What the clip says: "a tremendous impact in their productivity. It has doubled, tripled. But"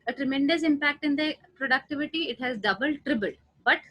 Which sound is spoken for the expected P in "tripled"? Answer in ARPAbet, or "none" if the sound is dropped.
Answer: B